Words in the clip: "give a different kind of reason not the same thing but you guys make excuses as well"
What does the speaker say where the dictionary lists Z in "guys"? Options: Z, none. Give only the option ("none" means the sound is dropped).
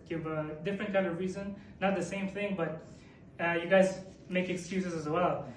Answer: Z